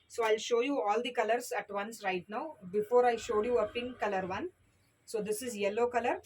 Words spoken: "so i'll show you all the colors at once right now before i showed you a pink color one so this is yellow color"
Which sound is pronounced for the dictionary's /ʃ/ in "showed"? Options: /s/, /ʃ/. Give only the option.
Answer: /ʃ/